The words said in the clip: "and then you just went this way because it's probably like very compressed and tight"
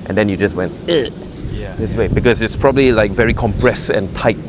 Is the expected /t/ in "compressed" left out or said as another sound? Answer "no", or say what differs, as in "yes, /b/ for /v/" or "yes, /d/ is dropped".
yes, /t/ is dropped